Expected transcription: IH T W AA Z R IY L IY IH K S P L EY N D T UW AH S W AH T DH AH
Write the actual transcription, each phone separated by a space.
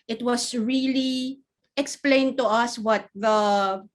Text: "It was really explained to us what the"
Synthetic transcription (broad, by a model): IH T W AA S R IY L IY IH K S P L EY N T UW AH S W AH T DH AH